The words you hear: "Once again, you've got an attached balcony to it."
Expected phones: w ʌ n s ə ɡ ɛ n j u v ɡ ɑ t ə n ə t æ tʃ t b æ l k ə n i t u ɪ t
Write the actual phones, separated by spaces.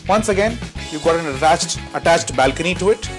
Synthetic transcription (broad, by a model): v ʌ n s ə ɡ ɛ n j u v ɡ ɑ t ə n ə t æ tʃ t b æ l k ə n i t u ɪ t